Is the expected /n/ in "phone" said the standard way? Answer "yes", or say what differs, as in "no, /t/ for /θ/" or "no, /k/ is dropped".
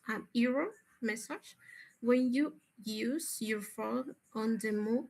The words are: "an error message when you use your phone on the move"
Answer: no, /n/ is dropped